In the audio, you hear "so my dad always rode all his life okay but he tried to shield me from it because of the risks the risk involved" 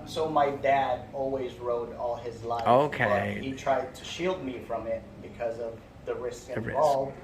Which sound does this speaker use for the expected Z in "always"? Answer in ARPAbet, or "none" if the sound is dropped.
Z